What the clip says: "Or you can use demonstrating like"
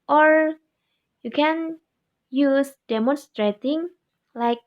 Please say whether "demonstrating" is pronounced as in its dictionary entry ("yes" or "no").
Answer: yes